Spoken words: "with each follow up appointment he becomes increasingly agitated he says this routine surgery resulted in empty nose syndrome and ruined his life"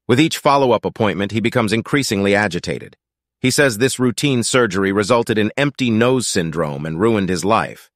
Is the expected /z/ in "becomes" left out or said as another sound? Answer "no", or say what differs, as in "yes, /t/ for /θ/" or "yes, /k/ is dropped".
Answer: no